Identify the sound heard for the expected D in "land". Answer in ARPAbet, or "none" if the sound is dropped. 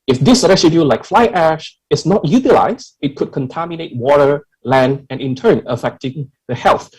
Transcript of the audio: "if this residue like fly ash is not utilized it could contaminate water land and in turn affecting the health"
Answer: D